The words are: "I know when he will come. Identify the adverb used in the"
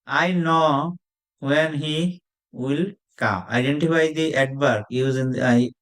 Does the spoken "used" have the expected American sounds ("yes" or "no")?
no